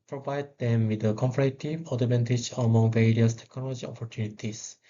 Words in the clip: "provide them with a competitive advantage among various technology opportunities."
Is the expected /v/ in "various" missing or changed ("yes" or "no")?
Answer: no